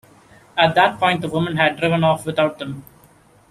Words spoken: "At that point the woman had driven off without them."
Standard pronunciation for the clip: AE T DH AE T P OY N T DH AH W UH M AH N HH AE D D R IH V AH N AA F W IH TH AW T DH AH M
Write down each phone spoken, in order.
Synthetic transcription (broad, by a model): AE T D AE T P OY N T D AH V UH M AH N HH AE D D R IH V AH N AA F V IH T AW T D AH M